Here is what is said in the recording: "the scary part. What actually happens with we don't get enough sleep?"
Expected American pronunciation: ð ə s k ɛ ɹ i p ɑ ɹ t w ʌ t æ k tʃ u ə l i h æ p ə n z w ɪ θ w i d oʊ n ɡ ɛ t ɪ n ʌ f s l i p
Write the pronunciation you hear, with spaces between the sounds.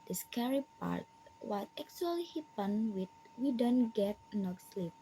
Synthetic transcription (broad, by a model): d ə s k ɛ ɹ i p ɑ ɹ t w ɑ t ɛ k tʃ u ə l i h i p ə n w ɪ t w i d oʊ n ɡ ɛ t n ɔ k s l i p